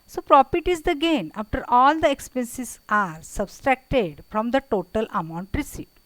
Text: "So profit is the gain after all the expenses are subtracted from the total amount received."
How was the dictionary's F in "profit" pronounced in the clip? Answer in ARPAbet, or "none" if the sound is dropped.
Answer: P